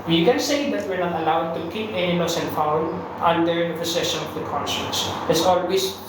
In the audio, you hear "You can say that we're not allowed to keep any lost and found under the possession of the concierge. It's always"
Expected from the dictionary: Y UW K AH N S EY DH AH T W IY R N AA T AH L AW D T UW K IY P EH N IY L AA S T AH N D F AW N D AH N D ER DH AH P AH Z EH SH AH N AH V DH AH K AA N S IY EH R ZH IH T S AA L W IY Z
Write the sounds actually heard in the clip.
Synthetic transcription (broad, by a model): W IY K AH N S EY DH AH T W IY R N AA T AH L AW D T UW K IY P EH N IY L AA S AH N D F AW N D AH N D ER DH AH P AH S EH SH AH N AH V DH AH K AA N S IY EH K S IH T S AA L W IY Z